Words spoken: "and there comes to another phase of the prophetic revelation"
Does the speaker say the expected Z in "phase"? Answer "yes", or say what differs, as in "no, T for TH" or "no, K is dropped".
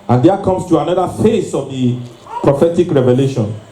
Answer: no, S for Z